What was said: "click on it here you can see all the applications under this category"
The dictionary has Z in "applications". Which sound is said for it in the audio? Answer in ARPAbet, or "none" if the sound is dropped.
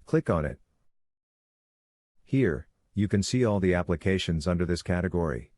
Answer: Z